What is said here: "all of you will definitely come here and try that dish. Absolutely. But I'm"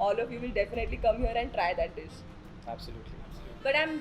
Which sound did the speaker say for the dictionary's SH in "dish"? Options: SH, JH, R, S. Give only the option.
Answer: S